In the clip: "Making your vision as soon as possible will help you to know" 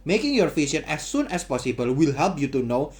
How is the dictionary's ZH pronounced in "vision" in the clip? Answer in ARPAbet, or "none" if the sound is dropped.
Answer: SH